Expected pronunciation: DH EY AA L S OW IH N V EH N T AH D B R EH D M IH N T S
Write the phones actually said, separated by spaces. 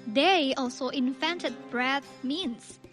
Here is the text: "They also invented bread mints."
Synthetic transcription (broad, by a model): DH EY AA L S OW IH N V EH N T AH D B R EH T M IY N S